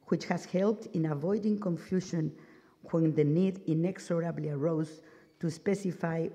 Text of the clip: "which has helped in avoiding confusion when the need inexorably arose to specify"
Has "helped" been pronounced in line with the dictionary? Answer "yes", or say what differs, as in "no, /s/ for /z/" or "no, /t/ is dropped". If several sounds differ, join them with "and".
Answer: yes